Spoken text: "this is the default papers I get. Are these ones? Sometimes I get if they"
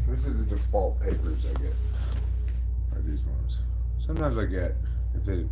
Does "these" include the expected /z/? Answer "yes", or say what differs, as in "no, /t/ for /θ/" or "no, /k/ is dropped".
yes